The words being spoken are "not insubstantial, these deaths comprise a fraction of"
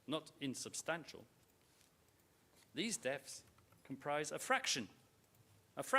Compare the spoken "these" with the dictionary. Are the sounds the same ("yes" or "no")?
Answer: yes